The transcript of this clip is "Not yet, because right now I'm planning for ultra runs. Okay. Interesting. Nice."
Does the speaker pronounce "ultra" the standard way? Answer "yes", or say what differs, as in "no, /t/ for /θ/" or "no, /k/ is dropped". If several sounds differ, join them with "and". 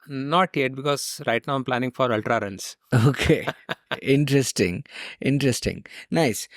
yes